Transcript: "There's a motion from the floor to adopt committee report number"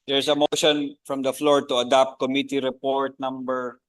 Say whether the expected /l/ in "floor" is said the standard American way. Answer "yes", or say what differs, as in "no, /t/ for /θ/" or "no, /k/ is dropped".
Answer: yes